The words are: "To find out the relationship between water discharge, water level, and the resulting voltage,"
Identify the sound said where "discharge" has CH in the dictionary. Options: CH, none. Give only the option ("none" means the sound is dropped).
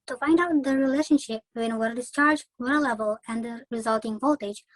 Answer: CH